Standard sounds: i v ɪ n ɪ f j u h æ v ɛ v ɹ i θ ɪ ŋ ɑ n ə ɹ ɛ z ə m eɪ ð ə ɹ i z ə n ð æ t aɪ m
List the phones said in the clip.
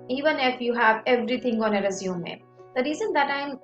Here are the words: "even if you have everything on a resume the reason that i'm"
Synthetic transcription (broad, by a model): i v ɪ n ɪ f j u h æ v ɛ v ɹ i t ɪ ŋ ɑ n ə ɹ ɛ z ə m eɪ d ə ɹ i z ə n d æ t aɪ m